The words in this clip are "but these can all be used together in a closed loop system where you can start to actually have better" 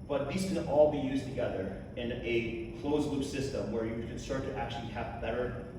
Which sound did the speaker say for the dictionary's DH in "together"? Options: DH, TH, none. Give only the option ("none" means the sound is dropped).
DH